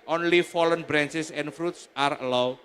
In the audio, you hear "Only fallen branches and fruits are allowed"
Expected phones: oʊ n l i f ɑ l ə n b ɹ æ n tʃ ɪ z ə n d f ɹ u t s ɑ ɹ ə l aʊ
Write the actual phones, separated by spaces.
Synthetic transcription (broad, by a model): oʊ n l i f ɑ l ə n b ɹ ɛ n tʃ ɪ s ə n f ɹ u t s ɑ ɹ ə l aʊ